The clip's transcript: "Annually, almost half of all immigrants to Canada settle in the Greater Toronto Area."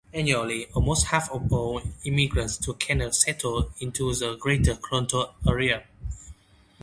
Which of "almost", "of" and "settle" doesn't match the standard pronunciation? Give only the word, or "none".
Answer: of